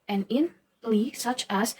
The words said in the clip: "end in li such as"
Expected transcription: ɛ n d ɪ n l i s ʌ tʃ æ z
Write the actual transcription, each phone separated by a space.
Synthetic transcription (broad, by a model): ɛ n ɪ n l i s ʌ tʃ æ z